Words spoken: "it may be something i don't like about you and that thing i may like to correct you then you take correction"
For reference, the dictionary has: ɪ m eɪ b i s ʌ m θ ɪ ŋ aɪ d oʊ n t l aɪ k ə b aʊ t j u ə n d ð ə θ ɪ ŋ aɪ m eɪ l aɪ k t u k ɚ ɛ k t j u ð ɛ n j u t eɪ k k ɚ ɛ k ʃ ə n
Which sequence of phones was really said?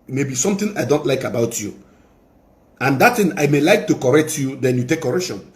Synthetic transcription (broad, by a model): m eɪ b i s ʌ m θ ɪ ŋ aɪ d oʊ n t l aɪ k ə b aʊ t j u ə n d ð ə t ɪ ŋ aɪ m eɪ l aɪ k t u k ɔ ɛ k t j u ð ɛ n j u t eɪ k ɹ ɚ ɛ k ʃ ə n